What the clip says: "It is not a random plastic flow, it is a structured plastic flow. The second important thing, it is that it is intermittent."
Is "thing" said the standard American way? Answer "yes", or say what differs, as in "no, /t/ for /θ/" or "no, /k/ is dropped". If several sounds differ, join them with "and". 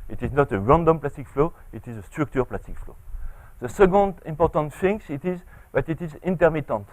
no, /f/ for /θ/